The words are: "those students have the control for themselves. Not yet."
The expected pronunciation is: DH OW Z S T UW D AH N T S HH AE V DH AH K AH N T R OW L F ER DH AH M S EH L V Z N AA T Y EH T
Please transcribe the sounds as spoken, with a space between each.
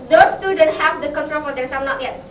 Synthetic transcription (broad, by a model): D OW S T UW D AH N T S HH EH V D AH K AH N T R OW L F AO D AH S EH N AA T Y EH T